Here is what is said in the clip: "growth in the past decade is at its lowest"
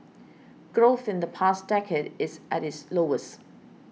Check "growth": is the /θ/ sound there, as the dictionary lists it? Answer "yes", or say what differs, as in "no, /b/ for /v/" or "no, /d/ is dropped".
yes